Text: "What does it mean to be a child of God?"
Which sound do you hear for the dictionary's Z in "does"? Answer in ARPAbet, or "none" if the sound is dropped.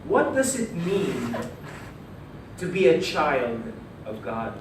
Z